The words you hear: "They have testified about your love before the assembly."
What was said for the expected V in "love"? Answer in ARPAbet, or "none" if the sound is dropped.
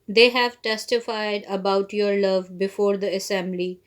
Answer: V